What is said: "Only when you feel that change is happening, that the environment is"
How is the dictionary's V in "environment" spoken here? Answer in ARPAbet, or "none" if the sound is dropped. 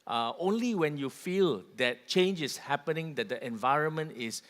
V